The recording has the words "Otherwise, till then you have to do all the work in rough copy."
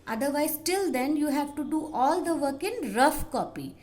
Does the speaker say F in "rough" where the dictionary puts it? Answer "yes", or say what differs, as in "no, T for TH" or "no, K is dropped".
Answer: yes